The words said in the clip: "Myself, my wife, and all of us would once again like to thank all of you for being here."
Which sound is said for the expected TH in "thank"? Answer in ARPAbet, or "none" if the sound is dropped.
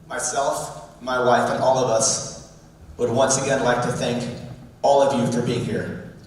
TH